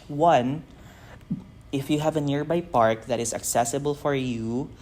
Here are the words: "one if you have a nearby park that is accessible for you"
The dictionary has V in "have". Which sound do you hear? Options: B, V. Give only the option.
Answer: V